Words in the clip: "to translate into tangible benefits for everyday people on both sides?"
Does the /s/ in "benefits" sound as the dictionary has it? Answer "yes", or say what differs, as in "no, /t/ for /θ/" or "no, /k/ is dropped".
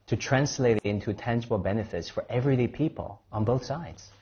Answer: yes